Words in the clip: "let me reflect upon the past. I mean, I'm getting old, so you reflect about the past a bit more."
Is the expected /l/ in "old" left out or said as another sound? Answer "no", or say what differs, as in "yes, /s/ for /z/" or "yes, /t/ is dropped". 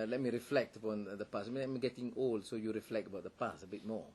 no